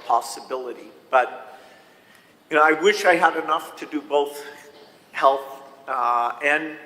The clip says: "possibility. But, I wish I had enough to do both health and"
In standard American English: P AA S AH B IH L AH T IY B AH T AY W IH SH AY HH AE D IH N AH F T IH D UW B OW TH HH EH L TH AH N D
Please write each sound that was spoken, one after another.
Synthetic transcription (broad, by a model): P AA S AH B IH L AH T IY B AH T AY W IH SH AY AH D IH N AH F T IH D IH B OW TH HH EH L TH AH N